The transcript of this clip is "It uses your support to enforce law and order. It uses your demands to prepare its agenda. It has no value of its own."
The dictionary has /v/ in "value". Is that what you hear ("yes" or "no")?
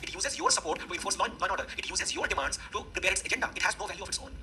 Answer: yes